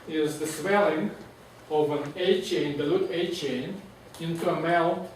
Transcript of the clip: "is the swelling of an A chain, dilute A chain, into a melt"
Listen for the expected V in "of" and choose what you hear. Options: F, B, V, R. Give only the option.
V